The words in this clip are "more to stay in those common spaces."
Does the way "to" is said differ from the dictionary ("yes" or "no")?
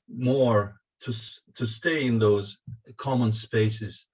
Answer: no